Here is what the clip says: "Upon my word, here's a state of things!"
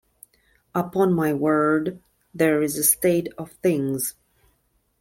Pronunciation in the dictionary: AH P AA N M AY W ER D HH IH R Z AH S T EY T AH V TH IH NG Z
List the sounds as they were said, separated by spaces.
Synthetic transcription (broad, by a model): AH P AA N M AY W ER D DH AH R Z AH S T EY T AH V TH IH NG Z